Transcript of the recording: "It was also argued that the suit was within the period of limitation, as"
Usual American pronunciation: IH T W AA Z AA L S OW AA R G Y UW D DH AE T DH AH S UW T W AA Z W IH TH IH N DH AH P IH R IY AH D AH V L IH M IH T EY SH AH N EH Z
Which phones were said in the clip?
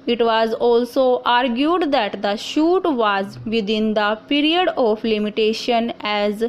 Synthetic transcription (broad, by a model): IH T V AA Z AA L S OW AA R G Y UW D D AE T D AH SH UW T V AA Z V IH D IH N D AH P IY R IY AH D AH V L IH M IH T EY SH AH N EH Z